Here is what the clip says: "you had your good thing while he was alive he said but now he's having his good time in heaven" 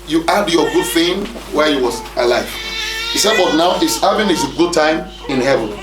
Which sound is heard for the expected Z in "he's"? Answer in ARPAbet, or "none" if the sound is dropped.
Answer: S